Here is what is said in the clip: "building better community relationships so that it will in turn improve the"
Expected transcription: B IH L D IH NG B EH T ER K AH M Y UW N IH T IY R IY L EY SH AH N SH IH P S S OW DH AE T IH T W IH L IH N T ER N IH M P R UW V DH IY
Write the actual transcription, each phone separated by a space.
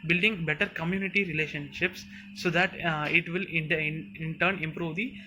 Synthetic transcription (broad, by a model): B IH L D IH NG B EH T ER K AH M Y UW N IH T IY R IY L EY SH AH N SH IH P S S OW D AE T IH T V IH L IH N T ER N IH M P R UW V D IY